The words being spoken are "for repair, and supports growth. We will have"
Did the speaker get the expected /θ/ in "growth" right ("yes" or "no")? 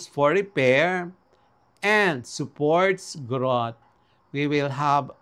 no